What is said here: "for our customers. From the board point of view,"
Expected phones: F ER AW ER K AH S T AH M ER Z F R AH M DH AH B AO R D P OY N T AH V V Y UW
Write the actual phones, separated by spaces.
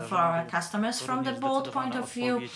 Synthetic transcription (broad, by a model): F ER AW ER K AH S T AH M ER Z F R AH M DH AH B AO L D P OY N T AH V V Y UW